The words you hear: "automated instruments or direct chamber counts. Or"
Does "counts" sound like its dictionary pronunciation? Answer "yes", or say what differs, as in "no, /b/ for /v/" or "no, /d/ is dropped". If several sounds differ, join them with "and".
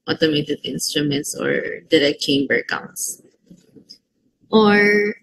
no, /s/ is dropped